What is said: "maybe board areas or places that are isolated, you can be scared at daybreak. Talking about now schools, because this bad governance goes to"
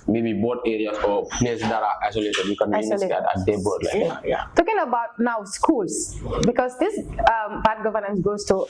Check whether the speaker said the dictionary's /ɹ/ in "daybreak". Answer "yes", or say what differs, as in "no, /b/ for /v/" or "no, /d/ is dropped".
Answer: no, /l/ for /ɹ/